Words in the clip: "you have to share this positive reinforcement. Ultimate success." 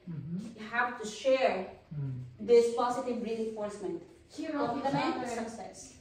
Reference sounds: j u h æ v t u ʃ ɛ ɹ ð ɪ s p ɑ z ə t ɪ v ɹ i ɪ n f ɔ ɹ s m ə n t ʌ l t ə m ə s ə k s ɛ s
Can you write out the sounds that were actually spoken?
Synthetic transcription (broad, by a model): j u h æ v t u ʃ ɛ ɹ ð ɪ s p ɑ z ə t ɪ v ɹ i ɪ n f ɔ ɹ s m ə n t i t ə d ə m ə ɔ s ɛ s